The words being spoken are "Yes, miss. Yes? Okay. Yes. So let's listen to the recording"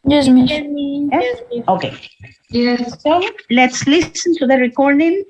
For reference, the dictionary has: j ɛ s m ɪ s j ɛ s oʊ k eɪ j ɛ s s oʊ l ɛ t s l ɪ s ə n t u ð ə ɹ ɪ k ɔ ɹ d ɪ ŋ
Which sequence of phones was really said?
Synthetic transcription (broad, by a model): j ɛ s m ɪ j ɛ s oʊ k eɪ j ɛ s s oʊ l ɛ t s l ɪ s ə n t u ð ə ɹ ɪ k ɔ ɹ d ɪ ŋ